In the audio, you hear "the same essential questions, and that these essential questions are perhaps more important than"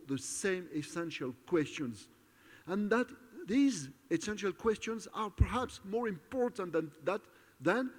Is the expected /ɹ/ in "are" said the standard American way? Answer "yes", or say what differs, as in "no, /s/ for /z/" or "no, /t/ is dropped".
yes